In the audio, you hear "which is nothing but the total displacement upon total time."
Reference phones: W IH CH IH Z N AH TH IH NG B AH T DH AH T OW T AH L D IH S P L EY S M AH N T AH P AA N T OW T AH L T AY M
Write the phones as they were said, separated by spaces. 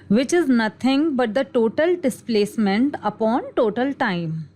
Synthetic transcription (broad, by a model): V IH CH IH Z N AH T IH NG B AH T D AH T OW T AH L D IH S P L EY S M AH N T AH P AA N T OW T AH L T AY M